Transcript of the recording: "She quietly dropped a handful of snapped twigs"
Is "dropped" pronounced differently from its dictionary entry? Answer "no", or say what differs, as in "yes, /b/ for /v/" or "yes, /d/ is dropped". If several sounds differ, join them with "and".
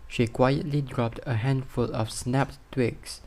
no